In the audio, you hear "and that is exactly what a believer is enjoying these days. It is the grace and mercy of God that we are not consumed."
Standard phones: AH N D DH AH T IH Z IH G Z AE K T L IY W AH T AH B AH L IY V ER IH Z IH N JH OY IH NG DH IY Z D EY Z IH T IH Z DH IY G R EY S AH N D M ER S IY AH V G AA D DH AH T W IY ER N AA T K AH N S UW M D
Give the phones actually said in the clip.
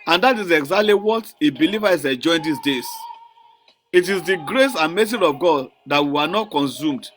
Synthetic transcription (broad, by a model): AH N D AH T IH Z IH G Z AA K T L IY W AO T AH B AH L IY V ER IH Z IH JH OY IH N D IY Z D EY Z IH T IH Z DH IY G R EY S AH N M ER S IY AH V G AA D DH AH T W IY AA N AA T K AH N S UW M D